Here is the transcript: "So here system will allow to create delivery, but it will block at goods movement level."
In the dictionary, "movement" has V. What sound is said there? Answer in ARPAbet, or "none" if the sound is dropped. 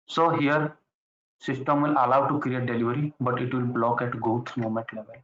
none